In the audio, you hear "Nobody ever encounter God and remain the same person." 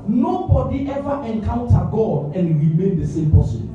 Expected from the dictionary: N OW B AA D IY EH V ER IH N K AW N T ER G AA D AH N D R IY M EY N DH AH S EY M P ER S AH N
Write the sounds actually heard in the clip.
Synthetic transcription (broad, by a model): N OW B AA D IY EH V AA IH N K AW N T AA G AA D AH N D R IY M EY N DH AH S EY M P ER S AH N